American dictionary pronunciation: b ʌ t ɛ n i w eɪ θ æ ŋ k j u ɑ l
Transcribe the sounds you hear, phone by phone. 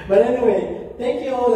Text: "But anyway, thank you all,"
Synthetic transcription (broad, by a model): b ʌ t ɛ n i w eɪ t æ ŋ k j u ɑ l